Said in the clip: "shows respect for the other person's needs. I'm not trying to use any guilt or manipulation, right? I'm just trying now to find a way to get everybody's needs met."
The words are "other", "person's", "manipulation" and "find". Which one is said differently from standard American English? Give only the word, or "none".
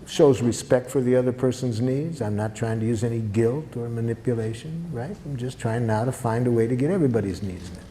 none